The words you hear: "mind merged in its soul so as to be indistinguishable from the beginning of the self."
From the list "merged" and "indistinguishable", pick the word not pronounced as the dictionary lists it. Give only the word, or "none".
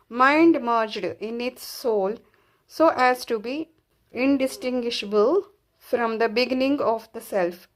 none